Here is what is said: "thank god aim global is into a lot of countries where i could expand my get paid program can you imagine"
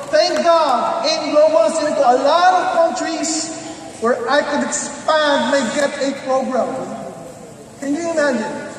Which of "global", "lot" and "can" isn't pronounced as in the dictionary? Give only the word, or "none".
global